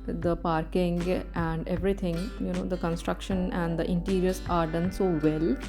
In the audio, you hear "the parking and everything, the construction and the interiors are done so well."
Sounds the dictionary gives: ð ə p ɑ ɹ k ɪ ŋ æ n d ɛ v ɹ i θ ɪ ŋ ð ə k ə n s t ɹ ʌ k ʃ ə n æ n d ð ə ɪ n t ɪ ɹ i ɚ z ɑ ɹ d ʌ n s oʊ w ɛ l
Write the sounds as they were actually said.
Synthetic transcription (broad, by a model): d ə p ɑ ɹ k ɪ ŋ æ n d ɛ v ɹ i t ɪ ŋ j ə k ə n s t ɹ ʌ k ʃ ə n æ n d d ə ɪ n t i ɹ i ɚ s ɑ ɹ d ʌ n s oʊ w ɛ l